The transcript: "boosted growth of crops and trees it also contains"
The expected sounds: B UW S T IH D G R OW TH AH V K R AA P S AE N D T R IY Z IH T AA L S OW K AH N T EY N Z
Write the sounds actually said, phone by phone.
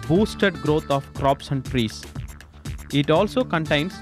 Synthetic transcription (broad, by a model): B UW S T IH D G R OW T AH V K R AA P S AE N D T R IY S IH T AA L S OW K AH N T EY N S